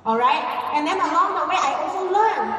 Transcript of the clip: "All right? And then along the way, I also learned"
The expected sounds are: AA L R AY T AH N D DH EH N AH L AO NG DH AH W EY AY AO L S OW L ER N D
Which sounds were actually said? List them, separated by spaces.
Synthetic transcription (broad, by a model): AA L R AY T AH N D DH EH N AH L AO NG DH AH W EY AY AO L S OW L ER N